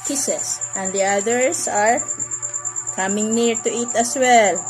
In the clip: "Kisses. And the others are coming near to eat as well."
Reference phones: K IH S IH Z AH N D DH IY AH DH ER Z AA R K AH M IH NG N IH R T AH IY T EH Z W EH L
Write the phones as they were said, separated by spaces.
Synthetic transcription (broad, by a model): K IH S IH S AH N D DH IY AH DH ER S AA R K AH M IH NG N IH R T AH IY T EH S W EH L